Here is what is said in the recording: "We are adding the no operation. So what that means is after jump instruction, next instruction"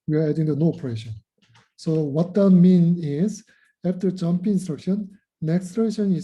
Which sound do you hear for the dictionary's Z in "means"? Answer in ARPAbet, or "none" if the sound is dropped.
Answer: none